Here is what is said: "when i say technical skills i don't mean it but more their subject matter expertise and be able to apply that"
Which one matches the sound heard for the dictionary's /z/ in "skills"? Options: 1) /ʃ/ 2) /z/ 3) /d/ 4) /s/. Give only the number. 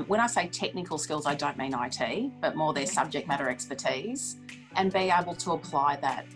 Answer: 2